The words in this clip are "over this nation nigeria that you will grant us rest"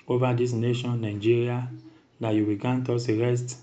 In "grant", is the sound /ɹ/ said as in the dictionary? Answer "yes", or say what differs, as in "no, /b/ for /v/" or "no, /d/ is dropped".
no, /ɹ/ is dropped